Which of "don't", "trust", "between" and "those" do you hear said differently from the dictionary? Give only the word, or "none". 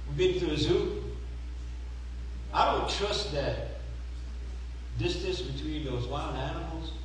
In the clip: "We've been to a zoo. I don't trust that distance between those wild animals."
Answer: none